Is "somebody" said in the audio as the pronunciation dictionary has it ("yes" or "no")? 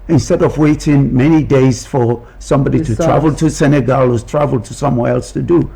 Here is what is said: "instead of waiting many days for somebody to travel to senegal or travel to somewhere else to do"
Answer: yes